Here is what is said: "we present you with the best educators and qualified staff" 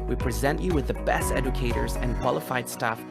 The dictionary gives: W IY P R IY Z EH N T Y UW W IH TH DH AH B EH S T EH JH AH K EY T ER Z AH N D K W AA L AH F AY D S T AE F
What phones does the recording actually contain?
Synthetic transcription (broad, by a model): W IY P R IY Z EH N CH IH W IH DH AH B EH S T EH JH AH K EY T ER Z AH N K W AA L AH F AY D S T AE F